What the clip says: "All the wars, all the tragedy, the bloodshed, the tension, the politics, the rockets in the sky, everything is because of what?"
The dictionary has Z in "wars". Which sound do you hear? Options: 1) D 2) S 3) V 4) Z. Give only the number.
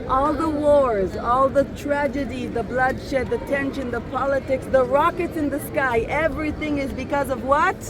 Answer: 4